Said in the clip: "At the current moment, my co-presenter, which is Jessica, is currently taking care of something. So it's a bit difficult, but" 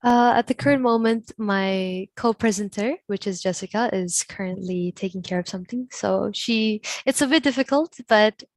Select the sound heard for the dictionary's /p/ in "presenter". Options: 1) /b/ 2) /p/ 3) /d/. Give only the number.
2